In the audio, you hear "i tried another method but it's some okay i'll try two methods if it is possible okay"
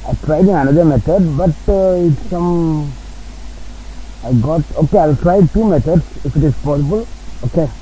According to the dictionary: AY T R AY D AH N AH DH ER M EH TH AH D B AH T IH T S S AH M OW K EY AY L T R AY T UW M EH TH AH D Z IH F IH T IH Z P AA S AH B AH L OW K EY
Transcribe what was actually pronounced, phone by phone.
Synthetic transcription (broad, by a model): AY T R AY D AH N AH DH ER M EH T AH D B AH T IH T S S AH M OW K EY AY L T R AY T UW M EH T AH D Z IH F IH T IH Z P AA S AH B AH L OW K EY